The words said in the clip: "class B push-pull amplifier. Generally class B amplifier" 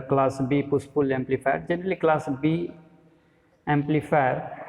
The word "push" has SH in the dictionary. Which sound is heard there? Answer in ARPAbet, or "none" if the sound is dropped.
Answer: S